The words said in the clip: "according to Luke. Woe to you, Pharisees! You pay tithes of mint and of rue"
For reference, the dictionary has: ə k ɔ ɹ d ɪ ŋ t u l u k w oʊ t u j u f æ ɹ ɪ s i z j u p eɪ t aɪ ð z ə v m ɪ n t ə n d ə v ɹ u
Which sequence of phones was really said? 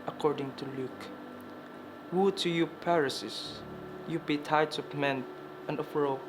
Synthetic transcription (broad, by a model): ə k ɔ ɹ d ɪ ŋ t u l u k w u t u j u p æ ɹ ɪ s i s j u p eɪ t aɪ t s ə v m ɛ n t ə n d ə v ɹ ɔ